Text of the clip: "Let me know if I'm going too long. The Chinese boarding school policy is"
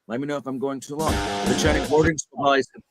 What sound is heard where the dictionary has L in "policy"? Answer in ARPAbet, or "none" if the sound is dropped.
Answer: none